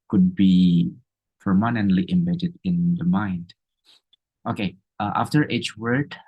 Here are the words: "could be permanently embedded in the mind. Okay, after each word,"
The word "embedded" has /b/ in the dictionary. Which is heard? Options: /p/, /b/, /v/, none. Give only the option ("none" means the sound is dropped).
/b/